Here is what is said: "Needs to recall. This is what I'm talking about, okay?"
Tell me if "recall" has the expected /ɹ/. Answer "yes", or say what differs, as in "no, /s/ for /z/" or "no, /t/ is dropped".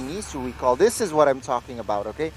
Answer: no, /w/ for /ɹ/